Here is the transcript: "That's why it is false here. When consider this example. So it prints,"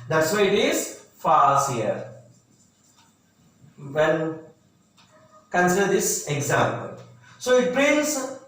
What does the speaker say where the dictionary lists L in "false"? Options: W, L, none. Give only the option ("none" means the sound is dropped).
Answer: none